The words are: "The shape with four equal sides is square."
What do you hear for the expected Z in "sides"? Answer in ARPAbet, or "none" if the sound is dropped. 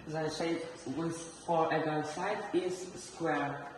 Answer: none